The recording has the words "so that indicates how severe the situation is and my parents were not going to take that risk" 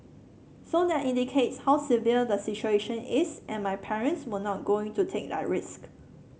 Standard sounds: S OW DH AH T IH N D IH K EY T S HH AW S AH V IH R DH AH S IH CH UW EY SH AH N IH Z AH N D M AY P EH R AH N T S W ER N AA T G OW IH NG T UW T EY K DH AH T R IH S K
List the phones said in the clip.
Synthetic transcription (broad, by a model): S OW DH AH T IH N D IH K EY T S HH AW S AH V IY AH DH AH S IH CH UW EY SH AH N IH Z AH N M AY P EH R AH N T S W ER N AA T G OW IH NG T UW T EY K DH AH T R IH S K